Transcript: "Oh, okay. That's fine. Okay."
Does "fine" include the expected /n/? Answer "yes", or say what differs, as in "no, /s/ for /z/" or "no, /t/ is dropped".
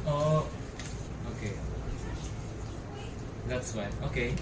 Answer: no, /n/ is dropped